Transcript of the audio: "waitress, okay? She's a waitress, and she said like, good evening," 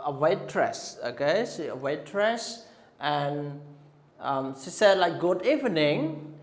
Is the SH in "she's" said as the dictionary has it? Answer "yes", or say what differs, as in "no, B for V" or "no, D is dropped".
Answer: no, S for SH